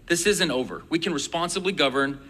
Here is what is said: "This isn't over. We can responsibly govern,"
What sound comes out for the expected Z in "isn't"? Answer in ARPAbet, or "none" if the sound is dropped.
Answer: Z